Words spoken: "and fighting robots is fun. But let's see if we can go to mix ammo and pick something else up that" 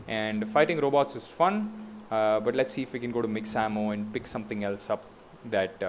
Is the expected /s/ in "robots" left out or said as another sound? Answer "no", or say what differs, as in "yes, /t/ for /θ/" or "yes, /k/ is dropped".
no